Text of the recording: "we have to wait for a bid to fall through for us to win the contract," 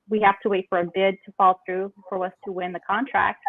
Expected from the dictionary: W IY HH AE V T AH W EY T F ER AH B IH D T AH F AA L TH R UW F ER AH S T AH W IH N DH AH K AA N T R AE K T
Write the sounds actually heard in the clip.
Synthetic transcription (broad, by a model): W IY HH AE F T AH W EY T F ER AH B IH D T AH F AA L TH R UW F ER AH S T AH W IH N DH AH K AA N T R AE K T